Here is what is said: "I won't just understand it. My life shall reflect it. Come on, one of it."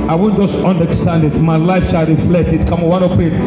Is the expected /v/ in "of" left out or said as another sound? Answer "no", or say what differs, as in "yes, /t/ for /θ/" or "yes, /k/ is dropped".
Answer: yes, /p/ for /v/